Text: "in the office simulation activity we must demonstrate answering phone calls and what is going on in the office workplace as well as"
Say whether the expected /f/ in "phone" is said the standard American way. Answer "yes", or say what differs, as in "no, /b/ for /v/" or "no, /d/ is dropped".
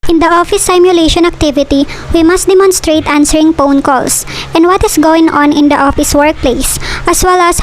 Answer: no, /p/ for /f/